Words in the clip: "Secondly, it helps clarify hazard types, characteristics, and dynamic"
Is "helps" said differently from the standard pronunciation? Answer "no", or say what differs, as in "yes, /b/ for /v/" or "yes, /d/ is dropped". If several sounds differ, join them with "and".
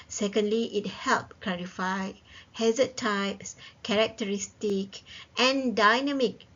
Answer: yes, /s/ is dropped